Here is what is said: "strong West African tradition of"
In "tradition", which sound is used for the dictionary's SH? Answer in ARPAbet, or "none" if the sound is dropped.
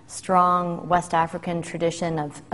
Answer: SH